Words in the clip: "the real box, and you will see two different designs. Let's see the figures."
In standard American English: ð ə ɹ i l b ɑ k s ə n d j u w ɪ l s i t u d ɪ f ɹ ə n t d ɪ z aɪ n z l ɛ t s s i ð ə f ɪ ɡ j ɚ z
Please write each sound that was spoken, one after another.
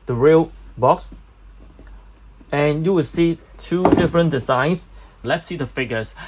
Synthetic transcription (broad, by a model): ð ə ɹ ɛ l b ɑ k s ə n j u w ɪ l s i t u d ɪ f ɹ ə n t d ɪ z aɪ n s l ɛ t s s i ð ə f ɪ ɡ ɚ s